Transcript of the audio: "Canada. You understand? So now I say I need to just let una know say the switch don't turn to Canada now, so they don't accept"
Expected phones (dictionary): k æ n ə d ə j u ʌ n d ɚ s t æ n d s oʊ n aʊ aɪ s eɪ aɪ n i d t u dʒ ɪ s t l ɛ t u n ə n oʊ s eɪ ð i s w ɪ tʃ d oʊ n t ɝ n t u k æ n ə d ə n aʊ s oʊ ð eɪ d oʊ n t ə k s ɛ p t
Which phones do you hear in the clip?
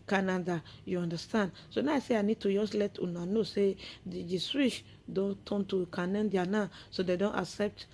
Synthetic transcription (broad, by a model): k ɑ n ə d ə j u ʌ n d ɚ s t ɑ n d s oʊ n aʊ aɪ s eɪ aɪ n i d t u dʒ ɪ s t l ɛ t u n ə n oʊ s eɪ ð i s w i ʃ d oʊ n t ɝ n t u k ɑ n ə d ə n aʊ s oʊ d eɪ d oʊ n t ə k s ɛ p t